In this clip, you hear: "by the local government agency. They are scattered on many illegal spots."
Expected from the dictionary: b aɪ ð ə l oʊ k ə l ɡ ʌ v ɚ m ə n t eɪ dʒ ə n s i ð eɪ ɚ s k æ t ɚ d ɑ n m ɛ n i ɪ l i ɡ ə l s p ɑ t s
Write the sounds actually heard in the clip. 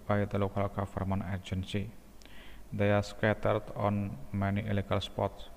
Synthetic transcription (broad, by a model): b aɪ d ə l oʊ k ə l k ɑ f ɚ m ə n eɪ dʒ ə n s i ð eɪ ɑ s k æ t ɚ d ɑ n m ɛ n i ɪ l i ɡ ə l s p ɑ t s